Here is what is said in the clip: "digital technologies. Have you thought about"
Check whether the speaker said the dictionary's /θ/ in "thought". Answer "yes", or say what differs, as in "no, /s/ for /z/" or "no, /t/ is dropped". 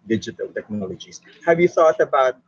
yes